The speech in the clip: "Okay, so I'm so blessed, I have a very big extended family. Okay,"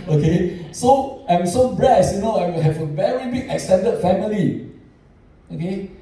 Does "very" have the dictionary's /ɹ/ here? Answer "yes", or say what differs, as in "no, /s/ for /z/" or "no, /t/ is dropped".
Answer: yes